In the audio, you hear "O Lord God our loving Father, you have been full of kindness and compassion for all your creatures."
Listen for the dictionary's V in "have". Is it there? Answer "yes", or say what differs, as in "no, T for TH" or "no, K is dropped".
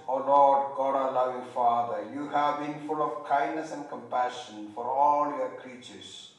yes